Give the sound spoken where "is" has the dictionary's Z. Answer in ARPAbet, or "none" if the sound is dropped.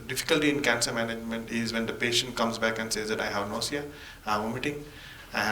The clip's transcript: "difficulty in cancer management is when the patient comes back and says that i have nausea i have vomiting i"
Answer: Z